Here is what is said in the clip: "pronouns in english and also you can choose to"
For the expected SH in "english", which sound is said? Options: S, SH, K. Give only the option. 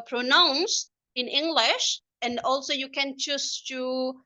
SH